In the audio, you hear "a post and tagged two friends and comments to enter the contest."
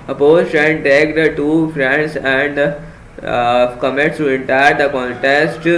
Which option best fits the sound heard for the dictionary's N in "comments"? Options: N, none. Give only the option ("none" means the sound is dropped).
none